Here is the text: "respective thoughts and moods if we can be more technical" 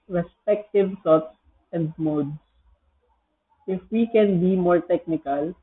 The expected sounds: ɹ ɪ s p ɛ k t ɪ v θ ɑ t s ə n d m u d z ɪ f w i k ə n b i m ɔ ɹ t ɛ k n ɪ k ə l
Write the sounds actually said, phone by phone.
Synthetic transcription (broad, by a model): ɹ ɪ s p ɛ k t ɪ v s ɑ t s ə n d m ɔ d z ɪ f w i k ə n b i m ɔ ɹ t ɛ k n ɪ k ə l